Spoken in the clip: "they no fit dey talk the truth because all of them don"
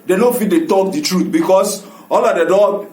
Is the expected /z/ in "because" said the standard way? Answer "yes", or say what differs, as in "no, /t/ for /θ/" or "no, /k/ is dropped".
no, /s/ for /z/